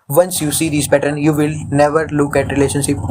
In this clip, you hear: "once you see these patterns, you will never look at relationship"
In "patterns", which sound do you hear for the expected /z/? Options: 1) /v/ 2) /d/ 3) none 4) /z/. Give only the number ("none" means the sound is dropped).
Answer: 3